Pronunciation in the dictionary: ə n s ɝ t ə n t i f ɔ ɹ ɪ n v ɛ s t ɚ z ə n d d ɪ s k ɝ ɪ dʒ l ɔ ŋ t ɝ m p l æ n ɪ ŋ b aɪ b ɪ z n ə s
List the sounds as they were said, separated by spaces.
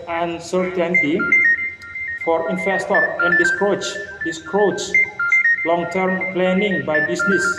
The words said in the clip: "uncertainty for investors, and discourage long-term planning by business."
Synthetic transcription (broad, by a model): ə n s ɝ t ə n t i f ɔ ɹ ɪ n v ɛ s t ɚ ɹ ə n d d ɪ s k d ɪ tʃ l ɔ ŋ t ɝ m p l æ n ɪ ŋ b aɪ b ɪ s n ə s